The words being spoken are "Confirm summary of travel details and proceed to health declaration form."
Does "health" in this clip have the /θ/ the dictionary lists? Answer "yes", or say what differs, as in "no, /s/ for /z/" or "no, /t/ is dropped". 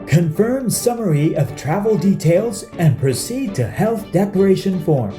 yes